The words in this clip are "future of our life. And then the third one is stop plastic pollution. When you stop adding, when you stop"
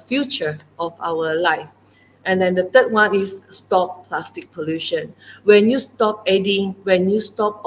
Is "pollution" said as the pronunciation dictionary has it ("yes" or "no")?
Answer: yes